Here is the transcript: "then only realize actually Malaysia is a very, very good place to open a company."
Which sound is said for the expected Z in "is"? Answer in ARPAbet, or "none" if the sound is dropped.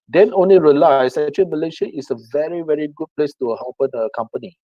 S